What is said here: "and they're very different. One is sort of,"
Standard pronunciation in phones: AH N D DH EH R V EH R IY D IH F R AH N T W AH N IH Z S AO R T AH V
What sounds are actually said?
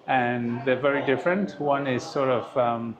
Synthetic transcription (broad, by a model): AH N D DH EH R V EH R IY D IH F R AH N T W AH N IH Z S AO R T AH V